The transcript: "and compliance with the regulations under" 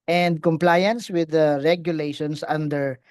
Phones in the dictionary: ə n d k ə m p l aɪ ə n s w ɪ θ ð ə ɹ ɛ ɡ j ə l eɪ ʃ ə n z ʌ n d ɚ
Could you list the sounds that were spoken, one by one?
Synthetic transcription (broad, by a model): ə n d k ə m p l aɪ ə n s w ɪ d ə ɹ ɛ ɡ j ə l eɪ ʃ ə n s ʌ n d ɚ